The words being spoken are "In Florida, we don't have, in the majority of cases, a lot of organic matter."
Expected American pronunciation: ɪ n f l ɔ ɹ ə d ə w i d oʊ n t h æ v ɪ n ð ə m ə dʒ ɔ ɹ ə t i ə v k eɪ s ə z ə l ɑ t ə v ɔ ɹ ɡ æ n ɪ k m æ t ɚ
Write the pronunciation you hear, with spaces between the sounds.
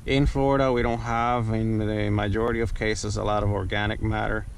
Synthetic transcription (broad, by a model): ɪ n f l ɔ ɹ ə d ə w i d oʊ n t h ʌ v ɪ n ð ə m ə dʒ ɔ ɹ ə t i ə v k eɪ s ə z ə l ɑ t ə v ɔ ɹ ɡ æ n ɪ k m æ t ɚ